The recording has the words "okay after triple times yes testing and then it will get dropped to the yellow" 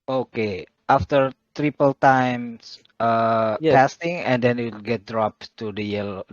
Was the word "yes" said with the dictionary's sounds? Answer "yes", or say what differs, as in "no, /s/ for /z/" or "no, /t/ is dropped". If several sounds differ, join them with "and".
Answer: no, /s/ is dropped